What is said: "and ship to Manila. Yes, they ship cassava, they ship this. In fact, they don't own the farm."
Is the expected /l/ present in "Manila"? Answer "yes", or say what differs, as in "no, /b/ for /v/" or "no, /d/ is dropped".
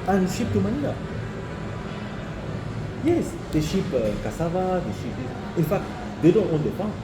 no, /n/ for /l/